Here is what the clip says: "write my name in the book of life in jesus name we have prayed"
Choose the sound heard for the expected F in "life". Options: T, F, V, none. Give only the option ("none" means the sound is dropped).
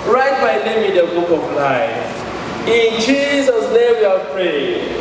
none